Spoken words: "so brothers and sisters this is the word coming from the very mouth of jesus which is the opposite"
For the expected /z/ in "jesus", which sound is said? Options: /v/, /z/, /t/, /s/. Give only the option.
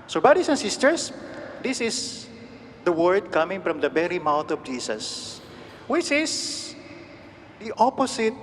/s/